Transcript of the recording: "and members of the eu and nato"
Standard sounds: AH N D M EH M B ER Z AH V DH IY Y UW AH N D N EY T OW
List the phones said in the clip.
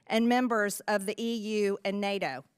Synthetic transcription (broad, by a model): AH N M EH M B ER Z AH V DH IY Y UW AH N N EY T OW